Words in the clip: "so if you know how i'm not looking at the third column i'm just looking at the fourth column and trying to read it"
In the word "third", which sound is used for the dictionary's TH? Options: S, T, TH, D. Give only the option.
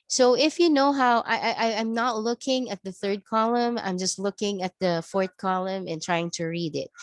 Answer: TH